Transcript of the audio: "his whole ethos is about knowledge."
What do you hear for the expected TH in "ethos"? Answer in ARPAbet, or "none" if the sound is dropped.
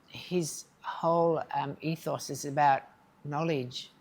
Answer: TH